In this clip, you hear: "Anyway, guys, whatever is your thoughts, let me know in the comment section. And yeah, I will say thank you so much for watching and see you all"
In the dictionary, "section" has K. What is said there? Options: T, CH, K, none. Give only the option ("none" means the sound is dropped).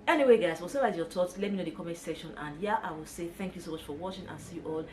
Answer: none